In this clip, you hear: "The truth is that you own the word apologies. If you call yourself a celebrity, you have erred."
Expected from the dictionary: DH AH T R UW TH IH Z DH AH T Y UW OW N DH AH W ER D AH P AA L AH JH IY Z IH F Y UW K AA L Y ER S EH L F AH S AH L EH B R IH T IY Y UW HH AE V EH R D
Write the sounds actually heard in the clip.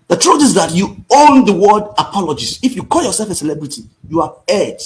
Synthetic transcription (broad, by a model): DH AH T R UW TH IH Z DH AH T Y UW OW N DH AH W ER D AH P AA L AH JH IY S IH F Y UW K AA L Y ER S EH L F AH S AH L EH B R IH T IY Y UW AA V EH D